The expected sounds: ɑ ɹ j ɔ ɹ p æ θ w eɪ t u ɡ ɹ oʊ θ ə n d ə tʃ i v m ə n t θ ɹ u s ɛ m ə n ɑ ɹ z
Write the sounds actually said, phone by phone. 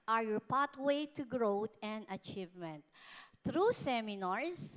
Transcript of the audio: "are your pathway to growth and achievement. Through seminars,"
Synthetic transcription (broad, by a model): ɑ ɹ j ɔ ɹ p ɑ t w eɪ t u ɡ ɹ oʊ t ə n d ə tʃ i v m ə n t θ ɹ u s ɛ m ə n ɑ ɹ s